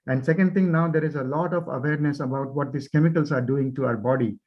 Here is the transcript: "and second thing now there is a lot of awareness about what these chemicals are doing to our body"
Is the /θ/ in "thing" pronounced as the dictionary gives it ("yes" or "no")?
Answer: no